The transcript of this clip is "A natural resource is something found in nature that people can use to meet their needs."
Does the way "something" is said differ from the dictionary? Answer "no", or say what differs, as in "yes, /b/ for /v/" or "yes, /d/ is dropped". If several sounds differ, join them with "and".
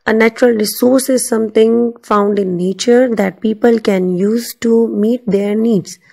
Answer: yes, /t/ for /θ/